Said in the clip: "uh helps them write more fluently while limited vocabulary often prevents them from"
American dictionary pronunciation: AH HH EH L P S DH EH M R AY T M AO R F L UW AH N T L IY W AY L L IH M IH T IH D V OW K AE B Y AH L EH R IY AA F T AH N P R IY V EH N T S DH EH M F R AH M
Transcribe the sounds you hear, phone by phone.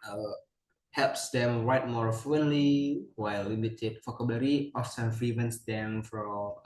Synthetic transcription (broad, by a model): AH HH EH L P S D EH M R AY T M AO R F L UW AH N L IY W AY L L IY M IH T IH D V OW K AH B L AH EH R IY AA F S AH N F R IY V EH N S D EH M F R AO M